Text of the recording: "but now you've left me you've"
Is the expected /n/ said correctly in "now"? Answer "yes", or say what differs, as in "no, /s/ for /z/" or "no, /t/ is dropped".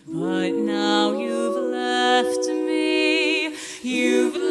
yes